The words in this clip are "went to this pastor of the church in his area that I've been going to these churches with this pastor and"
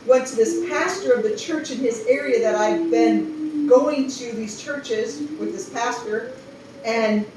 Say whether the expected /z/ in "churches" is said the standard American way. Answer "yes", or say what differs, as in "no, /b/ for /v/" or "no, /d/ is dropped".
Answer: yes